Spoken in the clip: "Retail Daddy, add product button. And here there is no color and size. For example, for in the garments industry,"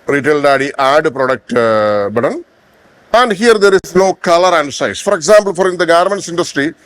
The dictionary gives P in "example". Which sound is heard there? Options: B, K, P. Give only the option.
B